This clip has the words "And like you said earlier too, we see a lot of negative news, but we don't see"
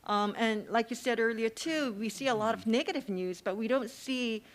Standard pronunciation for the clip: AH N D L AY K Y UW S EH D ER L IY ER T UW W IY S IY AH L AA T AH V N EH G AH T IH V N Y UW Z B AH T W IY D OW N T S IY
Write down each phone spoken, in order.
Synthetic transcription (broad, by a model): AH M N L AY K Y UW S EH D ER L IY ER T UW W IY S IY AH L AA T AH V N EH G AH T IH V N Y UW Z B AH T W IY D OW N T S IY